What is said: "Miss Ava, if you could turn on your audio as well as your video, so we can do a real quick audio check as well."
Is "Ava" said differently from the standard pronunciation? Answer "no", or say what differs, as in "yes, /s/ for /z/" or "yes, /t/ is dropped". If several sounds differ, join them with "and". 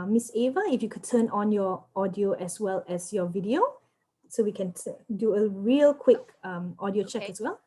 no